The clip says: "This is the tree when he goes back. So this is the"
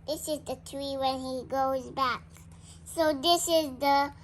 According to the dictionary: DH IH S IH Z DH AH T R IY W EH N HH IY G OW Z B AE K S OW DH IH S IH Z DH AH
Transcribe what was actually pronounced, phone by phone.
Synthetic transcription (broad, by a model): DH IH S IH Z DH AH T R IY W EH N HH IY G OW Z B AE K S OW DH IH S IH Z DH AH